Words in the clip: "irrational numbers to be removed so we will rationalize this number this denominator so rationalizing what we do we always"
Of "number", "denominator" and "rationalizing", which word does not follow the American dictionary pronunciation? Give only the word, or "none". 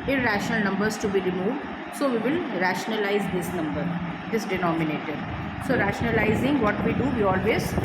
none